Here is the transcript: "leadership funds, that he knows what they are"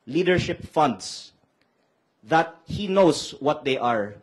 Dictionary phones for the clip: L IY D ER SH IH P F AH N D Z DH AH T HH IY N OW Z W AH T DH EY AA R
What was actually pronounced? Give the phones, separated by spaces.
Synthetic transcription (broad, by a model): L IY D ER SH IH P F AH N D S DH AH T HH IY N OW S W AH T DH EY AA R